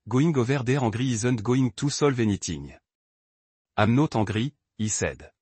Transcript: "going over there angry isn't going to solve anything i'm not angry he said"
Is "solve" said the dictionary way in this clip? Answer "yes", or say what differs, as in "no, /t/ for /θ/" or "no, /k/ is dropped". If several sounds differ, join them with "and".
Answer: yes